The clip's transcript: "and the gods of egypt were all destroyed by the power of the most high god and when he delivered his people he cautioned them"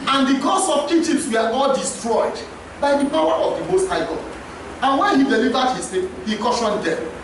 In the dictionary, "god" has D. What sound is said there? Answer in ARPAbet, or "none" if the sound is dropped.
none